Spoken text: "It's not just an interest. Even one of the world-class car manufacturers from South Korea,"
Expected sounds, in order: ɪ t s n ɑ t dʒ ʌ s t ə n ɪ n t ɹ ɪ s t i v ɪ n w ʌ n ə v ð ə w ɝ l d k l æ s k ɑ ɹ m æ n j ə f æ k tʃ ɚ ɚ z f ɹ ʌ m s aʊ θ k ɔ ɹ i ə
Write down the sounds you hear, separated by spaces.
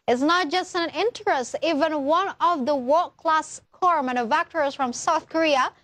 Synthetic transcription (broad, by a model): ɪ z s n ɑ t dʒ ʌ s t ə n ɪ n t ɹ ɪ s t i v ɪ n w ʌ n ə v ð ə w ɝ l k l æ s k ɑ ɹ m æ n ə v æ k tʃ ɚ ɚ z f ɹ ʌ m s aʊ θ k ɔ ɹ i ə